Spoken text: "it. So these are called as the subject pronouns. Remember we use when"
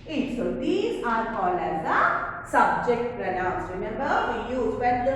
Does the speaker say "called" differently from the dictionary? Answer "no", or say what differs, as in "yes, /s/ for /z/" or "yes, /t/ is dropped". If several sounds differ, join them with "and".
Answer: yes, /d/ is dropped